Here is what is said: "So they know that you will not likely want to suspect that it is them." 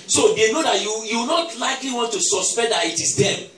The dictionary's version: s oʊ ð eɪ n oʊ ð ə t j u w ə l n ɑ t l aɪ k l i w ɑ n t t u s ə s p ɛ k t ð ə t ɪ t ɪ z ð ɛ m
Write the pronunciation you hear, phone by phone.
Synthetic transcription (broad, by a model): s oʊ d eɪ n oʊ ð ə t j u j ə w n ɑ t l aɪ k l i w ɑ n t t u s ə s p ɛ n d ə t ɪ t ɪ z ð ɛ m